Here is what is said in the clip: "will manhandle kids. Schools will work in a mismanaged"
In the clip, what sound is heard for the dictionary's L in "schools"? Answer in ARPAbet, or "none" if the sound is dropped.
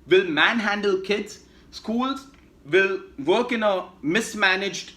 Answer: L